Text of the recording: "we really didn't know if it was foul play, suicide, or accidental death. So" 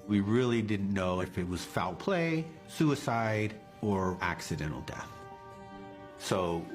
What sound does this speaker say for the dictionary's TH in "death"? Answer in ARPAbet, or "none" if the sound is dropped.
TH